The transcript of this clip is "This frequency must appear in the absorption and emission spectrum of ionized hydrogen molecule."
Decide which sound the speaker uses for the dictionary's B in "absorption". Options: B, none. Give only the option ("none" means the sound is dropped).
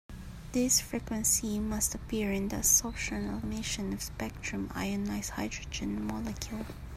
none